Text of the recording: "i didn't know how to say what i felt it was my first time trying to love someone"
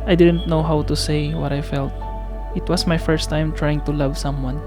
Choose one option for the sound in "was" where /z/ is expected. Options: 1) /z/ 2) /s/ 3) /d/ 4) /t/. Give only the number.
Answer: 2